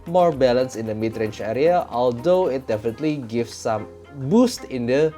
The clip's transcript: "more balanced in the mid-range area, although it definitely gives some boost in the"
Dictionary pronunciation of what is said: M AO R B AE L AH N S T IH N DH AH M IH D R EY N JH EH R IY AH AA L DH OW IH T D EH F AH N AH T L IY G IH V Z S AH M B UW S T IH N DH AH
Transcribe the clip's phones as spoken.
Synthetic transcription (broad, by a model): M AO R B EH L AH N S IH N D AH M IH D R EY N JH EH R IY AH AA L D OW IH T D EH F AH N AH T L IY G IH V S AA M B UW S T IH N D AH